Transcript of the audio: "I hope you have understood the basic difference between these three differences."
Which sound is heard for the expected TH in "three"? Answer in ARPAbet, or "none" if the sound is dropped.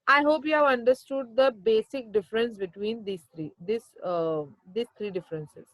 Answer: S